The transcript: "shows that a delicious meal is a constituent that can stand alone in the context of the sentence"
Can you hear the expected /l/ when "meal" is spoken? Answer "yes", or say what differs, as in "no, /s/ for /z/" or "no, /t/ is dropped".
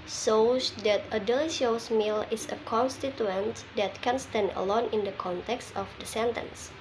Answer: yes